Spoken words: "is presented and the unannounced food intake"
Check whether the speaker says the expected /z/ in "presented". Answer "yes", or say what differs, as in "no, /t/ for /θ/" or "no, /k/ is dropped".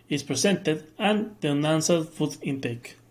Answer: no, /s/ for /z/